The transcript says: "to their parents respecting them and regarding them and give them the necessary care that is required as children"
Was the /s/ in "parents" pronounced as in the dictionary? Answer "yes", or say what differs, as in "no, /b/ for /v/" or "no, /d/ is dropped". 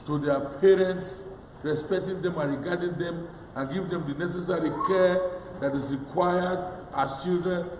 yes